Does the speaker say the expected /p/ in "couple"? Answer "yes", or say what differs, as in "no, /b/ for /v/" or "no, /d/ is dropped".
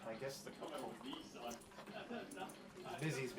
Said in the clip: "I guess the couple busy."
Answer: no, /p/ is dropped